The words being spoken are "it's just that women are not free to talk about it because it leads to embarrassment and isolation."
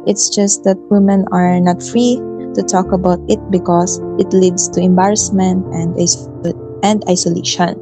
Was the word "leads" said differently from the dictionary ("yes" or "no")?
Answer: yes